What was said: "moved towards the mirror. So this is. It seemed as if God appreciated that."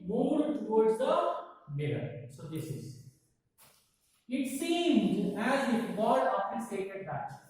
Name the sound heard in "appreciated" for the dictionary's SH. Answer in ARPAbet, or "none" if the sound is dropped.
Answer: S